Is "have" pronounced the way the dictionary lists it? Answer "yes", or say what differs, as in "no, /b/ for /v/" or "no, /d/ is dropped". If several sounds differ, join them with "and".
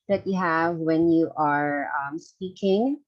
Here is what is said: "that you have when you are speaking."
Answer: yes